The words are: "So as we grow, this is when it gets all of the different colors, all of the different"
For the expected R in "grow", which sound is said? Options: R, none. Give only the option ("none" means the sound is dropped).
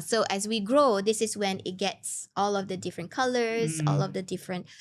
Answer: R